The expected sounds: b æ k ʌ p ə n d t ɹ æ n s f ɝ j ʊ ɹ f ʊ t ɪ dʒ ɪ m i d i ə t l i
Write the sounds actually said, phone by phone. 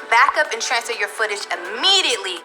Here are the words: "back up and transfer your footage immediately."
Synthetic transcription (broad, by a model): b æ k ʌ p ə n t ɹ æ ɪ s ɝ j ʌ ɹ f ʊ t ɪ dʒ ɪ m i d i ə t l i